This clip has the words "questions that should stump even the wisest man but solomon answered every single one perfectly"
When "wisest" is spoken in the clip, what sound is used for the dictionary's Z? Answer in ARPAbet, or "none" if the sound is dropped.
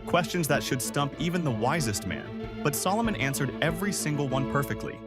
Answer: Z